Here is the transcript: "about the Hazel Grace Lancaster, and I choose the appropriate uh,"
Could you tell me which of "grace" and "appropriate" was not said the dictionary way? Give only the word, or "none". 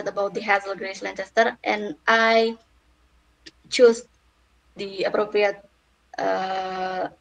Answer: none